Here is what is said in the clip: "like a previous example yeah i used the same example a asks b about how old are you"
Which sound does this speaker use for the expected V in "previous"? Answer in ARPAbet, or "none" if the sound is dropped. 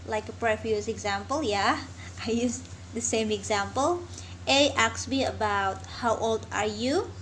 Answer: F